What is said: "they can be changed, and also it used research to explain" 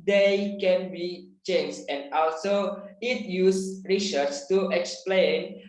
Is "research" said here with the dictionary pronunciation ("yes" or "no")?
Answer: no